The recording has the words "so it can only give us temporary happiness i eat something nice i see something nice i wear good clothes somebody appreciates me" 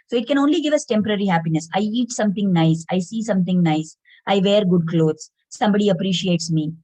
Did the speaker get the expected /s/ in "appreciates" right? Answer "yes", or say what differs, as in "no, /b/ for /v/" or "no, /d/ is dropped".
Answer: yes